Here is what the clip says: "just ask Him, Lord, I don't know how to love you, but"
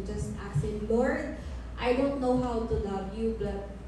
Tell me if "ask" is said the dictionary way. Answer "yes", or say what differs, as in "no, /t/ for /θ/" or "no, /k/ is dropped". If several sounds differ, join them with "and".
no, /k/ is dropped